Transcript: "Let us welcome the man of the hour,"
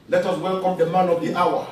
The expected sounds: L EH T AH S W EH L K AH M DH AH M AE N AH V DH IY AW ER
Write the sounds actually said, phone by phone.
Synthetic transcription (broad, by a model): L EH T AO S W EH L K AH M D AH M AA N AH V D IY AW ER